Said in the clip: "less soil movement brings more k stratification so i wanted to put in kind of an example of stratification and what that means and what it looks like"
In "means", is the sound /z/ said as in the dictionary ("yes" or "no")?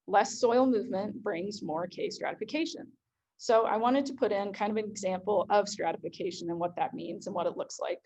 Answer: yes